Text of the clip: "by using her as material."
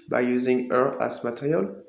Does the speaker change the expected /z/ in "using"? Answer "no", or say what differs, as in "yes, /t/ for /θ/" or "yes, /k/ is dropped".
no